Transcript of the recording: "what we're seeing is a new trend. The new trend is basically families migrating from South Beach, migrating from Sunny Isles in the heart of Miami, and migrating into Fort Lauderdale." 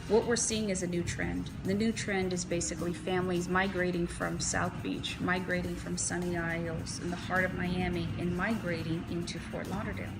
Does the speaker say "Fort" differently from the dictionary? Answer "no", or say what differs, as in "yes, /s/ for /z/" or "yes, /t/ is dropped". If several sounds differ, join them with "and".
yes, /p/ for /f/